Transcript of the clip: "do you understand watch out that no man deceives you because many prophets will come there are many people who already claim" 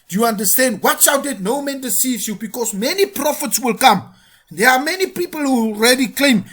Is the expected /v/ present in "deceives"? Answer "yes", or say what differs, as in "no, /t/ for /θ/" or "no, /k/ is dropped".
no, /v/ is dropped